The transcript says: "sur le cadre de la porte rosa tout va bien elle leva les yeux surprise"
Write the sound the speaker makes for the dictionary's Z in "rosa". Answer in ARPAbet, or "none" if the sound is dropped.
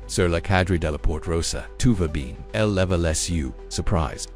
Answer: S